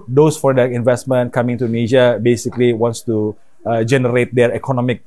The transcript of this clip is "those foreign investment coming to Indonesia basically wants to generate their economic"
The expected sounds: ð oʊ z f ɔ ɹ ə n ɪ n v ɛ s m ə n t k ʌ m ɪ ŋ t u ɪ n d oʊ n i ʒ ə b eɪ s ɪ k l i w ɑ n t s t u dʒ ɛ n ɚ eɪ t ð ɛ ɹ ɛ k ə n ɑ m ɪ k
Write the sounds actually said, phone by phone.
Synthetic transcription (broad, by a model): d oʊ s f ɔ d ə ɪ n v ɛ s m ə n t k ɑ m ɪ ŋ t u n n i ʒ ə b eɪ s ɪ k l i w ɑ n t s t u dʒ ɛ n ɚ eɪ t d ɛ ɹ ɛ k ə n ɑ m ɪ k